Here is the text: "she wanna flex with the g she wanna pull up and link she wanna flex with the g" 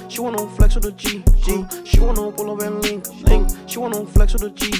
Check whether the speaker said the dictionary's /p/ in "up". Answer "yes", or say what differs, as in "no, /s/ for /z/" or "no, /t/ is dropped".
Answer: no, /b/ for /p/